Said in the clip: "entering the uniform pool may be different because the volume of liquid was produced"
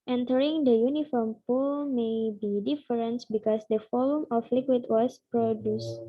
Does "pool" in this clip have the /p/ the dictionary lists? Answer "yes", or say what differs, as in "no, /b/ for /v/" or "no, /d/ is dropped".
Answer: yes